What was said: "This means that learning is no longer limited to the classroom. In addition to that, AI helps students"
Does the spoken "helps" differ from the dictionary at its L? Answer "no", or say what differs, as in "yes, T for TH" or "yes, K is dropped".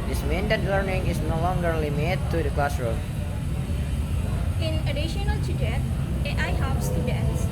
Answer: yes, L is dropped